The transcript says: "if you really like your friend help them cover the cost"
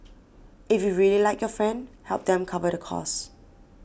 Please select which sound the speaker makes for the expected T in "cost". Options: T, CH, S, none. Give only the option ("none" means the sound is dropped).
none